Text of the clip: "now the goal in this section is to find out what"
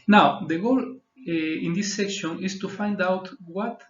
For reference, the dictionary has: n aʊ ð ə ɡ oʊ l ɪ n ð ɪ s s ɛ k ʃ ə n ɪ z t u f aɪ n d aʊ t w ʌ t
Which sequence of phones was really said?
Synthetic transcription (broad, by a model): n aʊ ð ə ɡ oʊ l ɪ n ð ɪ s s ɛ k ʃ ə n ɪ s t u f aɪ n d aʊ t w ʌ t